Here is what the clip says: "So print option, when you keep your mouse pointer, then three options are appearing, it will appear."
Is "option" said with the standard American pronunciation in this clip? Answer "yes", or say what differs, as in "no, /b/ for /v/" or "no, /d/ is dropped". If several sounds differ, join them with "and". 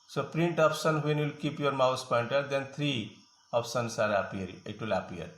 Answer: no, /s/ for /ʃ/